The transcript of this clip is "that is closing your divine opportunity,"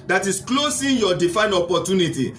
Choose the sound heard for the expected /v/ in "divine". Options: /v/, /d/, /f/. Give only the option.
/f/